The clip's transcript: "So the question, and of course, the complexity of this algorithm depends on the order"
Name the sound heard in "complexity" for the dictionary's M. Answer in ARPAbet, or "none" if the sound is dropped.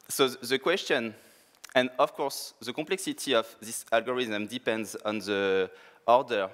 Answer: none